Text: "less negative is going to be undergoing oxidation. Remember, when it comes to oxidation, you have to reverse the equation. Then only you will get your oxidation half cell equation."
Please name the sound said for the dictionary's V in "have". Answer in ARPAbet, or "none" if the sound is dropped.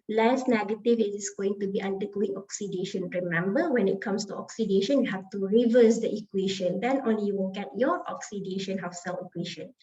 F